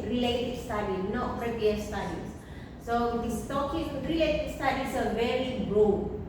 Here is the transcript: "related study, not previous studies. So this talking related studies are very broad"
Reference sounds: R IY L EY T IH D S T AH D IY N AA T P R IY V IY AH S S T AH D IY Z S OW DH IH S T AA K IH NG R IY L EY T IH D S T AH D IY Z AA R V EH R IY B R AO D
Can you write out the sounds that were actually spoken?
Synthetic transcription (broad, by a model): R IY L EY T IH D S T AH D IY N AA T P R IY P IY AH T S T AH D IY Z S OW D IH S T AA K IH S R IY L EY T IH D S T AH D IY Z AA R V EH R IY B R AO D